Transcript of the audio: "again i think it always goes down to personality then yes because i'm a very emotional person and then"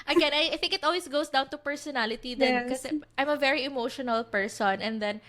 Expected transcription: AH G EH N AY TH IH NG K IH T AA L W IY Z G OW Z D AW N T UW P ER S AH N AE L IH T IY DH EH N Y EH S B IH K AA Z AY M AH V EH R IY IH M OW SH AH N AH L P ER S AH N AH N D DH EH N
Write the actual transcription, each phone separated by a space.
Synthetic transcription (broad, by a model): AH G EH N AY TH IH NG K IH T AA L W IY S G OW S D AW N T UW P ER S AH N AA L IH T IY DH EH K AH S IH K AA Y M AH V EH R IY IH M OW SH AH N AH L P ER S AH N AH N D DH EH N